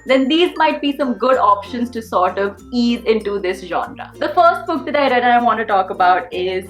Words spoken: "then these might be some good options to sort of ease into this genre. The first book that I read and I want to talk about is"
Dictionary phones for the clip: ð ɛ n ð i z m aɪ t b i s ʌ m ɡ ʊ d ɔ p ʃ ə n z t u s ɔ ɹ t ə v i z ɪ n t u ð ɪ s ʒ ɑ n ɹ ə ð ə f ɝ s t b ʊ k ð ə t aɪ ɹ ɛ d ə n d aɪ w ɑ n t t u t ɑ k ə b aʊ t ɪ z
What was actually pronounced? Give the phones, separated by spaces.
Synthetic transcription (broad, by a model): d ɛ n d i z m aɪ t b i s ʌ m ɡ ʊ d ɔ p ʃ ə n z t u s ɔ ɹ t ə v i z ɪ n t u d ɪ s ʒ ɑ n ɹ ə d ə f ɝ s t b ʊ k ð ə t aɪ ɹ ɛ d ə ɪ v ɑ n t t u t ɑ k ə b aʊ t ɪ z